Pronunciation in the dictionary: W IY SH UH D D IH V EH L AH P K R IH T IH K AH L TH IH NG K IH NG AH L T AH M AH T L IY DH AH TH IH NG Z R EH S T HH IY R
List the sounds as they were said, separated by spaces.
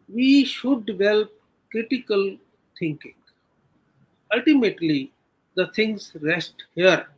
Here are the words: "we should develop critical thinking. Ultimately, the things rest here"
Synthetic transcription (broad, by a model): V IY SH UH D D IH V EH L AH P K R IH T IH K AH L T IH NG K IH NG AH L T AH M AH T L IY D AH T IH NG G R EH S T HH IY R